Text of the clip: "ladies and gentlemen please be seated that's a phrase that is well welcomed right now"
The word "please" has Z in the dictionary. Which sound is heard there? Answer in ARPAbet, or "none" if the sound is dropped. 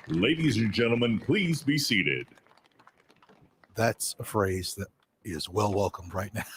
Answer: Z